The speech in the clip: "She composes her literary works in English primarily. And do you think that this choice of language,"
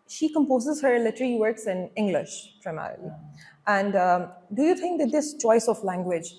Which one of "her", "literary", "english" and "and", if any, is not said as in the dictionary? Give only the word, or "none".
literary